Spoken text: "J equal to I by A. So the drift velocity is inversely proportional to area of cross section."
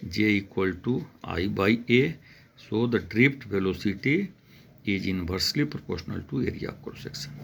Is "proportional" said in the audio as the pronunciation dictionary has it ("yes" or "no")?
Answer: yes